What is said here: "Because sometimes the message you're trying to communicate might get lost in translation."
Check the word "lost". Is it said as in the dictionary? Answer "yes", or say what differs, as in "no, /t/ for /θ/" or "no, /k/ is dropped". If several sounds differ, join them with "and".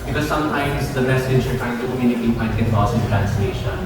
no, /t/ is dropped